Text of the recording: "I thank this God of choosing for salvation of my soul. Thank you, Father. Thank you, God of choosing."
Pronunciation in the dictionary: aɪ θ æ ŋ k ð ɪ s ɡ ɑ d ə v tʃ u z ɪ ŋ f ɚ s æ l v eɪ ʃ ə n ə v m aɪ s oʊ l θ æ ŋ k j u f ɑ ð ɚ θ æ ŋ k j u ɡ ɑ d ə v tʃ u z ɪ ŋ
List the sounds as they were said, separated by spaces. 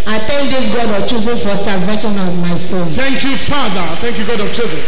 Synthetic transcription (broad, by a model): aɪ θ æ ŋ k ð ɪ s ɡ ɑ d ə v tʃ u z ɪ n f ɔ s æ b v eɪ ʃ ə n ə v m aɪ s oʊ n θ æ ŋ k j u f ɑ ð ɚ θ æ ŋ k j u ɡ ɑ d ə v tʃ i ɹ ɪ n